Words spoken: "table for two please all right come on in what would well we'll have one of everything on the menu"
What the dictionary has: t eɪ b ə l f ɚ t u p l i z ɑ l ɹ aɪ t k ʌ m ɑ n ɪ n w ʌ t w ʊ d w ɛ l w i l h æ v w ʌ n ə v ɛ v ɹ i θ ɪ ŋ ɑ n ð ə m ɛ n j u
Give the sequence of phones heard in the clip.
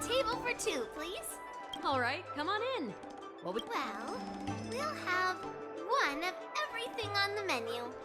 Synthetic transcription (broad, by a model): t eɪ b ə l f ɚ t u p l i z ɑ l ɹ aɪ t k ʌ m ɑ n ɪ n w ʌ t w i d w ɛ l w i l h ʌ v w ʌ n ə v ɛ v ɹ i θ ɪ ŋ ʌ n ð ə m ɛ n j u